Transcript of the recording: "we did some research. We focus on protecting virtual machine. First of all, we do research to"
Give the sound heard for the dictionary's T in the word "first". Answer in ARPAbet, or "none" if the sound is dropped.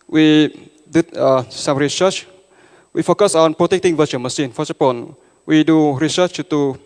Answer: none